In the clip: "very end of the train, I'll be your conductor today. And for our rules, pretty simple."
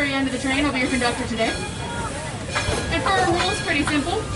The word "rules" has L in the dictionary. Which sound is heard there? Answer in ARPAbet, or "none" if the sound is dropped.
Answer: L